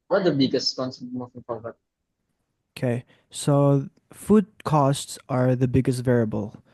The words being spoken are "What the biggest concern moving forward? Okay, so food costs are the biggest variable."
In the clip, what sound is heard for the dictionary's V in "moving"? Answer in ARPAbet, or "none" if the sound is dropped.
F